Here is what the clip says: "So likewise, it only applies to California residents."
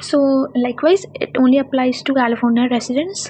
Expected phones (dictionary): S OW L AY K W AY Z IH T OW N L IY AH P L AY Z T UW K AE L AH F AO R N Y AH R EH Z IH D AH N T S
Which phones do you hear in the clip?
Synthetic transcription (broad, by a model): S OW L AY K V AY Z IH T OW N L IY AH P L AY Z T UW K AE L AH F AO N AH R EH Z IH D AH N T S